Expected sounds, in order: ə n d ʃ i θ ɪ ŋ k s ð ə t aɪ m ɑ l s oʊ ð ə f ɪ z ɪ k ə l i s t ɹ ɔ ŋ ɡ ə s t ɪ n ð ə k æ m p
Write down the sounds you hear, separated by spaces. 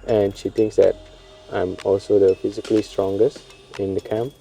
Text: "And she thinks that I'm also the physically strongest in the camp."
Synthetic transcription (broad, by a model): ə n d ʃ i t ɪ ŋ k s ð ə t aɪ m ɑ l s oʊ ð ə f ɪ z ɪ k ə l i s t ɹ ɔ ŋ ɡ ə s t ɪ n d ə k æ m p